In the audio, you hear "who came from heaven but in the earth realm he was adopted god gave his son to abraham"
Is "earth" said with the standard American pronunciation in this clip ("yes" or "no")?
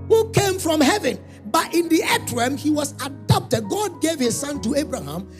no